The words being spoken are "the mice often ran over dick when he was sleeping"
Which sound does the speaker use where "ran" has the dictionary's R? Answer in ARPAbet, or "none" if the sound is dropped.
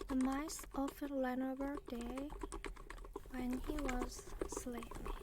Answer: L